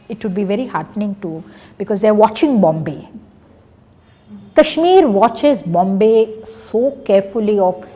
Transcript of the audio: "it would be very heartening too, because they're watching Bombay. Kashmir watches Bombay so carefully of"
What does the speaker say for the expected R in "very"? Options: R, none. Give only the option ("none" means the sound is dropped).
R